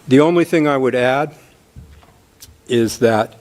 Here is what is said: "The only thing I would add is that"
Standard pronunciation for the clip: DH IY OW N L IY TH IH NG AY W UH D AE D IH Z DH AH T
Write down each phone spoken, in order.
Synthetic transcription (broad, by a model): DH IY OW N L IY TH IH NG AY W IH D AE D IH Z DH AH T